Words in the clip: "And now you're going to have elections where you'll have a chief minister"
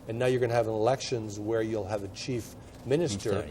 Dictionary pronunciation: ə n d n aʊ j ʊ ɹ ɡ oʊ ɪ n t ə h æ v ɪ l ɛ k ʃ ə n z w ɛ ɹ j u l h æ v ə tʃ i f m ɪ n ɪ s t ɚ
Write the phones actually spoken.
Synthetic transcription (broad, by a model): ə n n aʊ j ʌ ɹ ɡ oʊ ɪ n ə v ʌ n ɪ l ɛ k ʃ ə n z w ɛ ɹ j u l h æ v ə tʃ i f m ɪ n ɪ s t ɚ